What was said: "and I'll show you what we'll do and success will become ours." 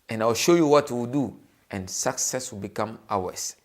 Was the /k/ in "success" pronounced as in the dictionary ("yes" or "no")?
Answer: yes